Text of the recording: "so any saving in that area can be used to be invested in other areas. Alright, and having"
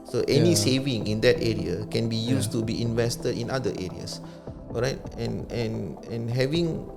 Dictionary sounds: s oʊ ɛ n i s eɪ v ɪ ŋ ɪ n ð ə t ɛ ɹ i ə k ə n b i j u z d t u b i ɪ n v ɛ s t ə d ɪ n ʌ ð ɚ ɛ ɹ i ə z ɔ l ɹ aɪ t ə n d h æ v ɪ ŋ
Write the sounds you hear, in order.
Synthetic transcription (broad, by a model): s oʊ ɛ n i s eɪ v ɪ ŋ ɪ n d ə t ɛ ɹ i ə k ə n b i j u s t u b i ɪ n v ɛ s t ə d ɪ n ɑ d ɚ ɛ ɹ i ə s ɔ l ɹ aɪ t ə n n h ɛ v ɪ ŋ